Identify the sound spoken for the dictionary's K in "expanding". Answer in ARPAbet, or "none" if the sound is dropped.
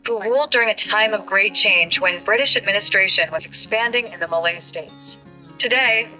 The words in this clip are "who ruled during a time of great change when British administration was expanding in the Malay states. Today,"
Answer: K